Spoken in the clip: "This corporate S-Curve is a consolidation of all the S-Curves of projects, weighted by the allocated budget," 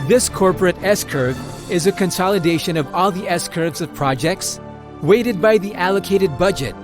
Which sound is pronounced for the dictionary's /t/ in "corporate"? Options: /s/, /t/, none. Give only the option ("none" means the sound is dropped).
/t/